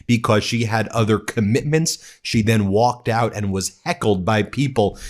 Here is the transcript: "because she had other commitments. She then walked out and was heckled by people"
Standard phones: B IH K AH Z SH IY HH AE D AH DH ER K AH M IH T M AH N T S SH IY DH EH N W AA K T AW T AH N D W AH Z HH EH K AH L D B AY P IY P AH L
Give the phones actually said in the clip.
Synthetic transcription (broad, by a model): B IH K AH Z SH IY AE D AH DH ER K AH M IH T M AH N T S SH IY DH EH N W AA K T AW T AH N W AH Z HH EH K L D B AY P IY P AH L